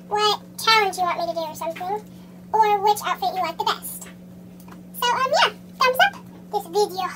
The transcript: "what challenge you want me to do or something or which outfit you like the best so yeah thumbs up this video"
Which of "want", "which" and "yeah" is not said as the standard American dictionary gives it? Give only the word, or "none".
want